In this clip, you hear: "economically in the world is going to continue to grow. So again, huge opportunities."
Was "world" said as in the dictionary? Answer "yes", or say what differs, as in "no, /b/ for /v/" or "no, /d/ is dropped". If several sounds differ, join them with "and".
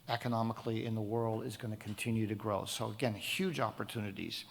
yes